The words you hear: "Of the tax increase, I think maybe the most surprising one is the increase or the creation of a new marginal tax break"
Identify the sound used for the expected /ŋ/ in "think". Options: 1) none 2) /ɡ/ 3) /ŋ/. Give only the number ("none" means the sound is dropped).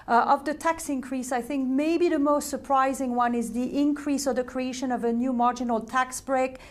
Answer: 3